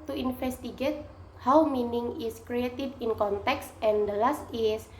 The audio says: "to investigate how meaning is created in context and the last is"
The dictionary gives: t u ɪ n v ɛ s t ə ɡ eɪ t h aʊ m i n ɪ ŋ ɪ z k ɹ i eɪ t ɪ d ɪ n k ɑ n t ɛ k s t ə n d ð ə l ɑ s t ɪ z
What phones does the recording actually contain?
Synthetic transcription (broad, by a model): t u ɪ n f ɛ s t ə ɡ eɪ t h aʊ m i n ɪ ŋ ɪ s k ɹ i eɪ t ɪ d ɪ n k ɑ n t ɛ k s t ə n d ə l ɑ s t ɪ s